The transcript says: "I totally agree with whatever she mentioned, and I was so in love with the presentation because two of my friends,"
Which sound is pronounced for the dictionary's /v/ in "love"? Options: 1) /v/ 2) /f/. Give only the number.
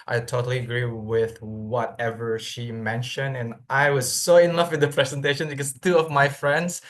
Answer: 2